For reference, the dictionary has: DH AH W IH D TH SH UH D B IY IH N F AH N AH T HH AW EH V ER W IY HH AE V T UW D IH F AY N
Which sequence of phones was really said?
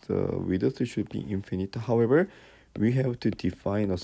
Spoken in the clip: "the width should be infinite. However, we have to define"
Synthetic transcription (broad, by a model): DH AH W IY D S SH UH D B IY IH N F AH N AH T HH AW EH V ER W IY HH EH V T UW D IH F AY N